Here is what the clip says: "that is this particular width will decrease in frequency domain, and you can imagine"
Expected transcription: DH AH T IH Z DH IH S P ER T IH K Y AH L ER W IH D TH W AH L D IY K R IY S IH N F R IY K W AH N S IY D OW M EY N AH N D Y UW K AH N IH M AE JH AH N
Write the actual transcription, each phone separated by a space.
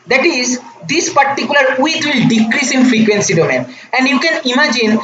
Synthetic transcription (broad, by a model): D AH T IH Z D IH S P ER T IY K Y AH L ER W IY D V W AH L D IY K R IY S IH N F R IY K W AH N S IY D OW M EY N AH N D Y UW K AH N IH M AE JH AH N